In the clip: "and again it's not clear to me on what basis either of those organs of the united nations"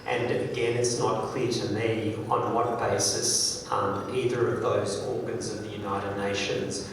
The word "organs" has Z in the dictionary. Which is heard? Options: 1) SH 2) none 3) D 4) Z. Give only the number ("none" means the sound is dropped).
4